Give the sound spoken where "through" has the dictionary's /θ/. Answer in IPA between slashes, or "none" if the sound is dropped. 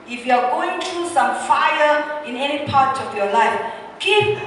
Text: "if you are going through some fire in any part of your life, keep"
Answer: /t/